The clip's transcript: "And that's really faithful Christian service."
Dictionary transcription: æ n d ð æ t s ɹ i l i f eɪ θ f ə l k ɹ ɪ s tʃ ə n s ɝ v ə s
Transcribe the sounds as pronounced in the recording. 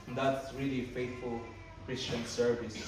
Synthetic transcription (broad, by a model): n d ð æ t s ɹ i l i f eɪ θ f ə l k ɹ ɪ s tʃ ə n s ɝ v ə s